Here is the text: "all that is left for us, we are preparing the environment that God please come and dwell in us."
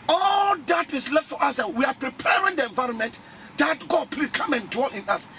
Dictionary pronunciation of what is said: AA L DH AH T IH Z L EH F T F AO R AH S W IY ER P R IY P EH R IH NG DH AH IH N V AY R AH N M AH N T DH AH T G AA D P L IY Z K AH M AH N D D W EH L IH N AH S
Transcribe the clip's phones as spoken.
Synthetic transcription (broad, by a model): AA L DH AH T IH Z L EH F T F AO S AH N W IY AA P R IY P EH R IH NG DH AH IH N V AY R AH N M AH N T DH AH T G AA D P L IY K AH M AH N D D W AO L IH N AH S